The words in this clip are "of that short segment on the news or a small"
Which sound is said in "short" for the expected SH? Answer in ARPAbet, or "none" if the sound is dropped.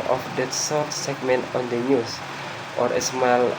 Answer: S